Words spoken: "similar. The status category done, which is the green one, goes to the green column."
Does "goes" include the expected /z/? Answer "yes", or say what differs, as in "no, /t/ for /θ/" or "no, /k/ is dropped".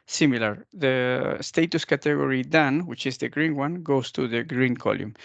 no, /s/ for /z/